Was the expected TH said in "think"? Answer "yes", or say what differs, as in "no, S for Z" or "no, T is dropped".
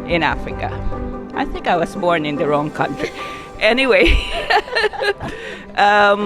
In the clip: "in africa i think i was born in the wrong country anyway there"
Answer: yes